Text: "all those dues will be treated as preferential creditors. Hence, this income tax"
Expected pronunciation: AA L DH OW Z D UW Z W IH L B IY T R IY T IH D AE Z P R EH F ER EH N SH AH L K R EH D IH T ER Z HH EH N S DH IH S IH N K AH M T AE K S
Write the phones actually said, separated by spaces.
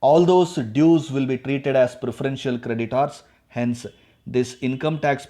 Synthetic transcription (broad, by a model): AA L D OW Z D UW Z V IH L B IY T R IY T IH D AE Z P R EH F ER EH N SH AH L K R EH D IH T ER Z HH EH N S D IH S IH N K AH M T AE K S